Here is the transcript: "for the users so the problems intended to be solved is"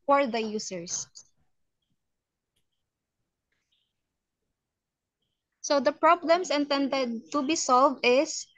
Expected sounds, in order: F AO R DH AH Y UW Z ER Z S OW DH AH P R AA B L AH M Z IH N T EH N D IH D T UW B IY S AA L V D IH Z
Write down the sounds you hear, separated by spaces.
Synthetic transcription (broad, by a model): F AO R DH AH Y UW S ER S S OW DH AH P R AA B L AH M S IH N T EH N D IH D T UW B IY S AA L V D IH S